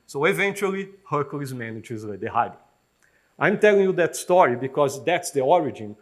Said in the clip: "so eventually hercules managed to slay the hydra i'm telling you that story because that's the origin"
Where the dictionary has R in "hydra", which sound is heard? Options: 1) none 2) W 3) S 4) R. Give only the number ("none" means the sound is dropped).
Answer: 1